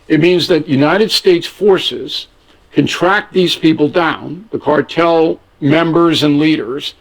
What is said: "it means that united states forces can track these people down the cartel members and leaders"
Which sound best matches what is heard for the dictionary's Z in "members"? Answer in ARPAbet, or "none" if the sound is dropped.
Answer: Z